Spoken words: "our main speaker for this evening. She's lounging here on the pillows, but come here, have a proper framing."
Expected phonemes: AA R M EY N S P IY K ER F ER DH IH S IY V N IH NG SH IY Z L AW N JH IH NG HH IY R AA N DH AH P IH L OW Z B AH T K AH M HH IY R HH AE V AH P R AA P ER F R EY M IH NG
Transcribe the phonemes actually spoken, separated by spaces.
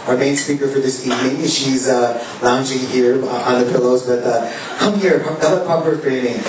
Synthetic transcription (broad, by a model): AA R M EY N S P IY K ER F ER DH IH S IY V N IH NG SH IY Z L AW N JH IH NG HH IY R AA N DH AH P IH L OW Z B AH T K AH M HH IY R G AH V AH P R AA P ER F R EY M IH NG